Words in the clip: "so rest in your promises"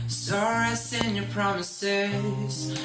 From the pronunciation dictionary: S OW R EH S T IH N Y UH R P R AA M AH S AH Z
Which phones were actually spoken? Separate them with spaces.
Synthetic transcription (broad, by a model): S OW R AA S IH N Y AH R P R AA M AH S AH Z